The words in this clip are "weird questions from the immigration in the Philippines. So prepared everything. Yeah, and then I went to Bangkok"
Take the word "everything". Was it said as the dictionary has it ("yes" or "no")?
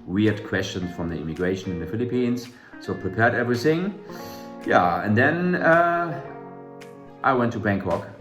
yes